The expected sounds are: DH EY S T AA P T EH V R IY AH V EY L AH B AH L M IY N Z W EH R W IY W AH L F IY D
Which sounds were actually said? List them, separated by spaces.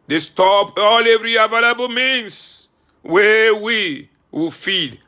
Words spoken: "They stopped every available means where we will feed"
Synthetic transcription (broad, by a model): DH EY S T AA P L EH V R IY AH V EY L AH B AH L M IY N S W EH W IY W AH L F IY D